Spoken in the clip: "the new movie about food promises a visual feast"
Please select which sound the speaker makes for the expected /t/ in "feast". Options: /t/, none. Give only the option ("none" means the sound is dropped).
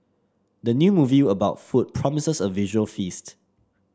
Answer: /t/